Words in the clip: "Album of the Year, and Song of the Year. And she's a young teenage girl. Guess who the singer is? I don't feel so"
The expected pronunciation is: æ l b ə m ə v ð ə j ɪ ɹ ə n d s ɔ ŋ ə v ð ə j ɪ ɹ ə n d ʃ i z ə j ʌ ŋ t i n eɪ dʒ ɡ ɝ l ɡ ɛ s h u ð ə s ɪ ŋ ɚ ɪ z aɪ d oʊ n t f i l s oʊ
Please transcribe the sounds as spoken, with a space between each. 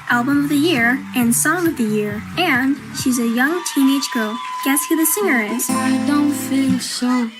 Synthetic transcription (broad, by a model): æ l b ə m ə v ð ə j ɪ ɹ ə n s ɔ ŋ ə v ð ə j ɪ ɹ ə n ʃ i z ə j ʌ ŋ t i n eɪ dʒ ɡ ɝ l ɡ ɛ s h u ð ə s ɪ ŋ ɚ ɪ z aɪ d oʊ n t f i l s oʊ